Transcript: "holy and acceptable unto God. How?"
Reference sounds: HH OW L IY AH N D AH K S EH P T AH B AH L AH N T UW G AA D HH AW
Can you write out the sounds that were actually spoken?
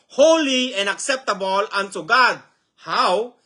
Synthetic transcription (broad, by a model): HH OW L IY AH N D AH K S EH P T AH B AH L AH N S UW G AA D HH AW